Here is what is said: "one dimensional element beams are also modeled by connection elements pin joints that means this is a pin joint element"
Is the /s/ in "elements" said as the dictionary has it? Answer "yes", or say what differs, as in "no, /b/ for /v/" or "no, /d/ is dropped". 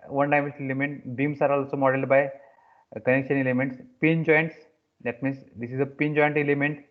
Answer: yes